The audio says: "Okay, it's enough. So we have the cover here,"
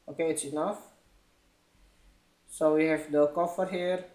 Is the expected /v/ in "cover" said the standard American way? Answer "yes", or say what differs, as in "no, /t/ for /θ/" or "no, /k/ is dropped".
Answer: no, /f/ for /v/